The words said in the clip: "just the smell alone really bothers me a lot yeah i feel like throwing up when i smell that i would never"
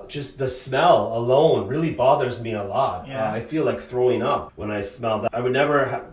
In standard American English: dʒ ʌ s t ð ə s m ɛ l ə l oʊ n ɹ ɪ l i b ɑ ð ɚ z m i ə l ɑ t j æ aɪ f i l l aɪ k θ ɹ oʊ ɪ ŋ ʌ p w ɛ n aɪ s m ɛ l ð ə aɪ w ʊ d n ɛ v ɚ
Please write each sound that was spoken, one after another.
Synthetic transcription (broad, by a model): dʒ ʌ s t ð ə s m ɛ l ə l oʊ n ɹ ɪ l i b ɑ ð ɚ z m i ə l ɑ t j aɪ f i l l aɪ k θ ɹ oʊ ɪ ŋ ʌ p w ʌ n aɪ s m ɛ l ð ə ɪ w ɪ d n ɛ v ɚ